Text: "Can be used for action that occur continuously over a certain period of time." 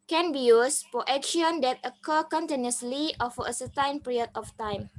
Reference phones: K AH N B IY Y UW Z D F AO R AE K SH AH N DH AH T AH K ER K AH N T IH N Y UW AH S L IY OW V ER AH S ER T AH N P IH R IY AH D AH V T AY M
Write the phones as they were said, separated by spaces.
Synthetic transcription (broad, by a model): K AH N B IY Y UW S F AO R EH K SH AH N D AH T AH K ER K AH N T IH N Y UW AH S L IY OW F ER AH S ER T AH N P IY R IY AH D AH F T AY M